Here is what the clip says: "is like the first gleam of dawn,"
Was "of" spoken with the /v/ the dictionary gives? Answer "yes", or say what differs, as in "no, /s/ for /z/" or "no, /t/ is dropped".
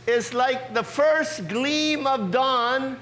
yes